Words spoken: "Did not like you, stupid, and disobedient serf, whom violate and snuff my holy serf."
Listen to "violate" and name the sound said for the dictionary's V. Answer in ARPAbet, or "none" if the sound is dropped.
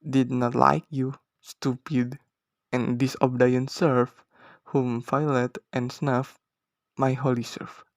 F